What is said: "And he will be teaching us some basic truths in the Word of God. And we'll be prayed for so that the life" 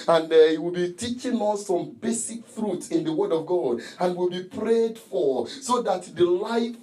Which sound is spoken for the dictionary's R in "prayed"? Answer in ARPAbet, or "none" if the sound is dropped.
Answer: R